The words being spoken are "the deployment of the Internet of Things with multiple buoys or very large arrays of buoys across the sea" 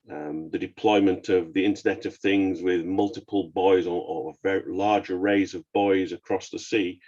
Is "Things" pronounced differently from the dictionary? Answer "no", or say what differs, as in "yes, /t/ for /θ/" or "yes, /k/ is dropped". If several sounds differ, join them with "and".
no